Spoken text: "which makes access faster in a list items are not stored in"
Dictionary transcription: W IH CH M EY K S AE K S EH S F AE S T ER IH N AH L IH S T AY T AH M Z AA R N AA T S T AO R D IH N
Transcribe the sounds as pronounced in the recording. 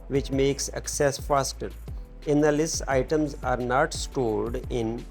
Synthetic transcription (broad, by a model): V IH CH M EY K S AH K S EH S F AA S T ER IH N AH L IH S AY T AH M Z AA R N AA T S T AO R D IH N